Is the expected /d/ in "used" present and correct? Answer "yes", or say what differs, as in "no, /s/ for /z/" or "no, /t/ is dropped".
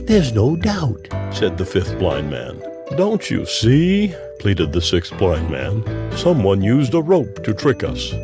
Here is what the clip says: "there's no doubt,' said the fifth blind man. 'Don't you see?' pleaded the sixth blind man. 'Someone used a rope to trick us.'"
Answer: yes